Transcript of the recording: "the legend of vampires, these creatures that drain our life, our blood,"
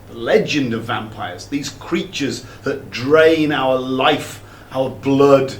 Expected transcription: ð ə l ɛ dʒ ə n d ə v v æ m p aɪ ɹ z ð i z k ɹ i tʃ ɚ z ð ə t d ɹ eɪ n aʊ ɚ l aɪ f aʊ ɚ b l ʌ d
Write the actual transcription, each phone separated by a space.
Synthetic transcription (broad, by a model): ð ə l ɛ dʒ ə n d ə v v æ m p aɪ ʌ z ð i z k ɹ i tʃ ɚ z ð ə t d ɹ eɪ n aʊ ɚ l aɪ f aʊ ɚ b l ʌ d